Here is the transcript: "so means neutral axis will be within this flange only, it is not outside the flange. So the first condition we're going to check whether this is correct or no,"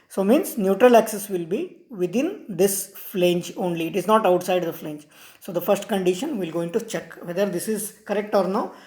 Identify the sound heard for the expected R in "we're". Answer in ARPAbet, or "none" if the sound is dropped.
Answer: L